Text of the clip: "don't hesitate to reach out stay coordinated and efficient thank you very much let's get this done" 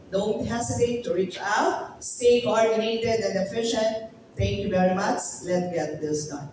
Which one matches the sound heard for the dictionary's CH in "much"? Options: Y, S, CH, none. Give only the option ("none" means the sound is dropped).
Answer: S